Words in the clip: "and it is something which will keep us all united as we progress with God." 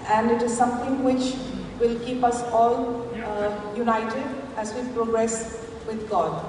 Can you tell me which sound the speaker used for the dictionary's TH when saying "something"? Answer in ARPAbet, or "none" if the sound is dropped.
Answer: T